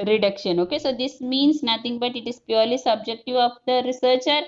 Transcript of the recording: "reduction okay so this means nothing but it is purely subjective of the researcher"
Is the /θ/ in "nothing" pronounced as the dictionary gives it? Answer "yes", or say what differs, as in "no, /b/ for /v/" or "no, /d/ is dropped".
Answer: no, /t/ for /θ/